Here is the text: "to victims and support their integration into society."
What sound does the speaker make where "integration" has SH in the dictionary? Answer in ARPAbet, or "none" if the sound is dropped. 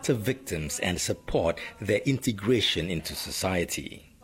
SH